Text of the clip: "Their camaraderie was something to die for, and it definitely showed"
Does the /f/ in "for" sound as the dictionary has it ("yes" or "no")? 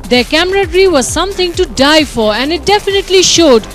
yes